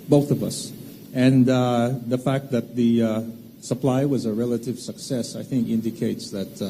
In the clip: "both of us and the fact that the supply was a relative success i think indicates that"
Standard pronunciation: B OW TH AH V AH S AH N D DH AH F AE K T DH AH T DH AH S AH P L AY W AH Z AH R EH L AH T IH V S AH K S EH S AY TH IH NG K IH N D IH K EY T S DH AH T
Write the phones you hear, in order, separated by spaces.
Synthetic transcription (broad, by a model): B OW TH AH V AH S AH N DH AH F AE K T DH AH T DH AH S AH P L AY W AH Z AH R EH L AH T IH V S AH K S EH S AY TH IH NG K IH N D IH K EY T S DH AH T